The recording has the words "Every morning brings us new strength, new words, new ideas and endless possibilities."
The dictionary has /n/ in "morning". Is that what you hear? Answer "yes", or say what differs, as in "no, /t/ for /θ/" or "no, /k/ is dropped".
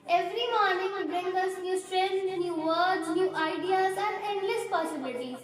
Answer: yes